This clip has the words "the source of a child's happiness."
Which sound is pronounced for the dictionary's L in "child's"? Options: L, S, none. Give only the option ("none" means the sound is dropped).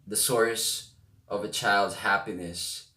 L